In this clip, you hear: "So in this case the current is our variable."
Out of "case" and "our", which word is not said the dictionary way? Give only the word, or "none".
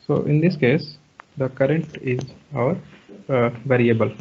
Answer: none